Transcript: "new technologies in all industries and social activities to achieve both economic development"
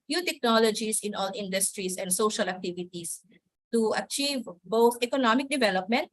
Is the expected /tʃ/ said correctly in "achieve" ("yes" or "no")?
yes